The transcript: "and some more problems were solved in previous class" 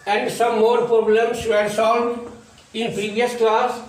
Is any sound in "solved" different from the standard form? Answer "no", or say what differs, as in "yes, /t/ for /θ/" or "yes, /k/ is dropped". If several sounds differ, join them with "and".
yes, /v/ is dropped